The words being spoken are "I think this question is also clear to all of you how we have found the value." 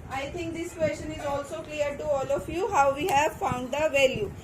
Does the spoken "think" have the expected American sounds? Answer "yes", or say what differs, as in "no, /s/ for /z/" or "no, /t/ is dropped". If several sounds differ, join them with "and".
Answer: no, /t/ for /θ/